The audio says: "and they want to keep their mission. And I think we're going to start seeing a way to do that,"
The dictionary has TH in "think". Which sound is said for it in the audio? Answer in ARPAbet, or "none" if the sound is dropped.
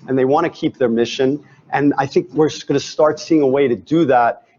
TH